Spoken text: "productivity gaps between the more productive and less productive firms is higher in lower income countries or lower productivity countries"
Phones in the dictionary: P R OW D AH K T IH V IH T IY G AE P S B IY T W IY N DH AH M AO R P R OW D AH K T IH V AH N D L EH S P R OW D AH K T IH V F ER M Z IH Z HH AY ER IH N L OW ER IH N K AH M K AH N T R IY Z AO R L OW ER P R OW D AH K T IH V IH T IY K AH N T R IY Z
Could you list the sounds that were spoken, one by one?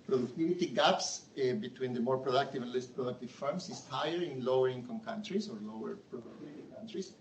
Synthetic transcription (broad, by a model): P R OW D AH K T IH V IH T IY G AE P S B IY T W IY N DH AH M AO R P R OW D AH K T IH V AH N L EH S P R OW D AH K T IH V F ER M S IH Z HH AY ER IH N L OW ER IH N K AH M K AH N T R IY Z AO R L OW ER P R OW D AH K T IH IH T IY K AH N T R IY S